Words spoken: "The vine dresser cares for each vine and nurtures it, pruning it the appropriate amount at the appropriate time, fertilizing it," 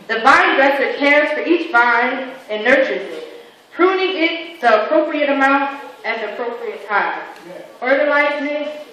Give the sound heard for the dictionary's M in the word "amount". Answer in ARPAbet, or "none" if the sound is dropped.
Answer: M